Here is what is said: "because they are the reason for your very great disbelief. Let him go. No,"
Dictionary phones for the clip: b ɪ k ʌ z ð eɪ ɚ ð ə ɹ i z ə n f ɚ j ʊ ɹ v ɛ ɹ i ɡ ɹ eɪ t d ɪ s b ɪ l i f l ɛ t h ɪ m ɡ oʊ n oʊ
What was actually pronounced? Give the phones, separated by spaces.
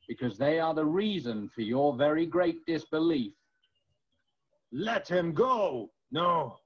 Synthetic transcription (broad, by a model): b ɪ k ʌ z ð eɪ ɚ ð ə ɹ i z ə n f ɚ j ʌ ɹ v ɛ ɹ i ɡ ɹ eɪ t d ɪ s b ɪ l i f l ɛ t h ɪ m ɡ oʊ n oʊ